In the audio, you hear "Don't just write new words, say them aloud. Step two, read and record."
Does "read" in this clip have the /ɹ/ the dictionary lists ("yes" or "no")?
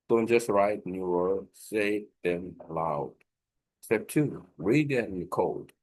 yes